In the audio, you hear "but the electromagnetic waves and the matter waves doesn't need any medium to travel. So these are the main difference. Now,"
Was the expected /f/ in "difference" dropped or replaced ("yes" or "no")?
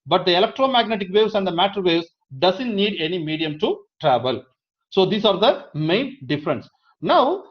no